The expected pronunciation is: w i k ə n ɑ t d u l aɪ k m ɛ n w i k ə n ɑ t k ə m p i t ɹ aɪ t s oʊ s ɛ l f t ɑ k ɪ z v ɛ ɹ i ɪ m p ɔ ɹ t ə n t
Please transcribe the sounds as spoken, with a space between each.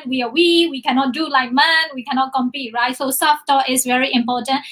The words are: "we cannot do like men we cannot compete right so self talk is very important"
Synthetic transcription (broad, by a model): w i k ə n ɑ t d u l aɪ k m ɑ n w i k ə n ɑ t k ə m p i t ɹ aɪ t s oʊ s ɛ f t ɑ ɪ s v ɛ ɹ i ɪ m p ɔ t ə n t